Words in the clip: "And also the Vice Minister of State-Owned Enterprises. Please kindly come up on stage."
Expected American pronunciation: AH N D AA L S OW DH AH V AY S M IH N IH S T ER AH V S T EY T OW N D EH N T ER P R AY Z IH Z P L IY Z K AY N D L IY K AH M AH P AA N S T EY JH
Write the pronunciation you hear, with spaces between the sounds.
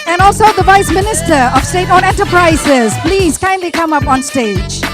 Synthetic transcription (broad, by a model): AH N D AA L S OW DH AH V AY S M IH N IH S T ER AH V S T EY T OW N EH N T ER P R AY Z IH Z P L IY Z K AY N D L IY K AH M AH P AA N S T EY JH